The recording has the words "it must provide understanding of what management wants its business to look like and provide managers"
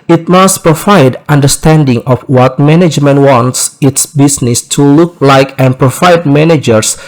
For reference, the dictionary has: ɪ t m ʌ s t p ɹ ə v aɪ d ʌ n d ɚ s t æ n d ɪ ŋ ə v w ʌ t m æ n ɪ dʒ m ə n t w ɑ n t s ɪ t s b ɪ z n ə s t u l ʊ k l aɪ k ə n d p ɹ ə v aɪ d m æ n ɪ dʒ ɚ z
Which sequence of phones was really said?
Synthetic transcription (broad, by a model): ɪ t m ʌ s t p ɹ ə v aɪ d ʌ n d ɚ s t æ n d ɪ ŋ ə f w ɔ t m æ n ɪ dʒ m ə n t w ɑ n t s ɪ t s b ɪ s n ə s t u l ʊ k l aɪ k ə n p ɹ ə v aɪ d m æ n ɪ dʒ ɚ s